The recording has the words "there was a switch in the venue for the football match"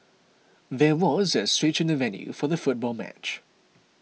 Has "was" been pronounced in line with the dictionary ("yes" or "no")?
yes